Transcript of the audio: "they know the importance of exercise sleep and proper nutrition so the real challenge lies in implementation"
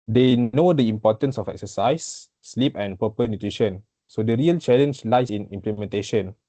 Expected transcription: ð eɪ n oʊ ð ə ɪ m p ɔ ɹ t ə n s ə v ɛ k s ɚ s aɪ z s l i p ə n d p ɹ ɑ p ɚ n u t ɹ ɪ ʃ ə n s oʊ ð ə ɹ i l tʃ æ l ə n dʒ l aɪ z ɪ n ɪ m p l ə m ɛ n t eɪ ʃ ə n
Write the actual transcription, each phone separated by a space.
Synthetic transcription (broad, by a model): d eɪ n oʊ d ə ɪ m p ɔ t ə n s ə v ɛ k s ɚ s aɪ s l i p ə n p ɑ p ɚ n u t ɹ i ʃ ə n s oʊ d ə ɹ i l tʃ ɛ l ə n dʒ l aɪ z ɪ n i m p l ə m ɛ n t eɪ ʃ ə n